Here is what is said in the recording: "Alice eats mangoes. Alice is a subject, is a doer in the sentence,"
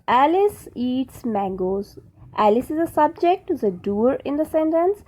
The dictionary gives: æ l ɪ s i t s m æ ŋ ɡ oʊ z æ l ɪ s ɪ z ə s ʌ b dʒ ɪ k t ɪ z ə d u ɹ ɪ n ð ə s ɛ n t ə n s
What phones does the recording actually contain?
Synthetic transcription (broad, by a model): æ l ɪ s i t s m æ ŋ ɡ oʊ z æ l ɪ s ɪ z ə s ʌ b dʒ ɪ k t ɪ z ə d u ɹ ɪ n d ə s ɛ n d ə n s